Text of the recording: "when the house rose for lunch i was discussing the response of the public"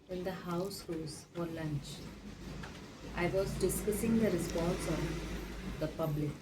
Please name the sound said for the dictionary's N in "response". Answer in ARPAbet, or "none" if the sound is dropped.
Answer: L